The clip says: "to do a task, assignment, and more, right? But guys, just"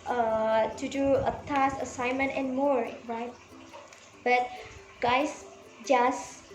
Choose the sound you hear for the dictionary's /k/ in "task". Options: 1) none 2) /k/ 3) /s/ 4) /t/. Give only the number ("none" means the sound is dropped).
1